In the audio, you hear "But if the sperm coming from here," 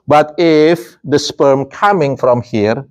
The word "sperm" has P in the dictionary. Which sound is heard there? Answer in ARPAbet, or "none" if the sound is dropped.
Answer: P